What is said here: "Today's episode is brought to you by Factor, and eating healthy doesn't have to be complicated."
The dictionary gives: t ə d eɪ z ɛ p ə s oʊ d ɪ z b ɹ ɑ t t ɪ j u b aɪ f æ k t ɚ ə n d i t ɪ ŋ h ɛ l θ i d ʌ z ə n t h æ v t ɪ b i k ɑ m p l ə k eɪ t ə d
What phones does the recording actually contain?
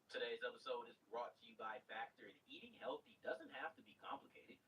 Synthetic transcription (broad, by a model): t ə d eɪ z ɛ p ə s oʊ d ɪ z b ɹ ɑ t t ɪ j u b aɪ f æ k t ɚ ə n i t ɪ ŋ h ɛ l θ i d ʌ z ə n t h æ f t ɪ b i k ɑ m p l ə k eɪ t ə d